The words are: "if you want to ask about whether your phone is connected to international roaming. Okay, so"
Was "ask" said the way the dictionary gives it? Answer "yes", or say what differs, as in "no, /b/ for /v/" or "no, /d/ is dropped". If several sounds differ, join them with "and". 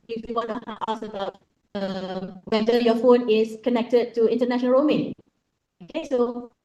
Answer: no, /k/ is dropped